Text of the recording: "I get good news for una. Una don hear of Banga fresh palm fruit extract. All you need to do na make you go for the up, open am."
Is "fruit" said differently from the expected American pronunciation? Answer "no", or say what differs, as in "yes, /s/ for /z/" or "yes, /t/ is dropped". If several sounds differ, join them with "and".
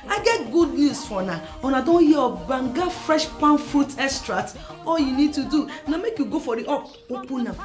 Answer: no